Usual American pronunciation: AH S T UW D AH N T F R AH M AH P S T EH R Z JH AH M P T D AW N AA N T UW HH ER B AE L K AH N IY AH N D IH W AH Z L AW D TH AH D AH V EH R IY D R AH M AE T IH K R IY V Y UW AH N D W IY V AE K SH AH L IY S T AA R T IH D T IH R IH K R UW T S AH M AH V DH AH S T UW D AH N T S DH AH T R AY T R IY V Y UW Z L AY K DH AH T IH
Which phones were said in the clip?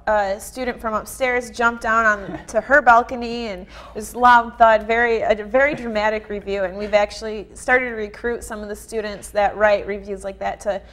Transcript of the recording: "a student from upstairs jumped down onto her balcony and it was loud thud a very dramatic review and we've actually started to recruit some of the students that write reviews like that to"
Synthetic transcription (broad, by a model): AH S T UW D N T F R AH M AH P S T EH R Z JH AH M P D AW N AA N T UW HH ER B AE L K AH N IY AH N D IH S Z L AW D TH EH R AH V EH R IY D R AH M AE T IH K R IY V Y UW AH N W IY V AE K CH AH L IY S T AA R T IH D T IH R IH K R UW T S AH M AH V DH AH S T UW D N T S DH AH T R AY T R IY V Y UW Z L AY K DH AH T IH